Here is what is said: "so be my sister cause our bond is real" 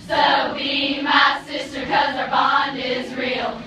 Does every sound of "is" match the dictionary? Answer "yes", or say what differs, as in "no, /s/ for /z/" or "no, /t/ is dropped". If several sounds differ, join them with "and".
yes